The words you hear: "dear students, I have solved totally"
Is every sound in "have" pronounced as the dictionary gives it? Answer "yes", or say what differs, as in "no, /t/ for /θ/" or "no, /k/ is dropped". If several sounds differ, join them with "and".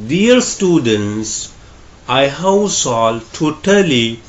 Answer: no, /w/ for /v/